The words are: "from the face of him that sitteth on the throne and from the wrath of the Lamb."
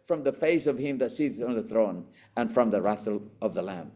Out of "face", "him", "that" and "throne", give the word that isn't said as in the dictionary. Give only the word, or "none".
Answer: none